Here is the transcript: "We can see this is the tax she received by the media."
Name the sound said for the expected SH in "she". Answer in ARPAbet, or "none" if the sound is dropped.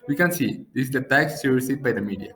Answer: S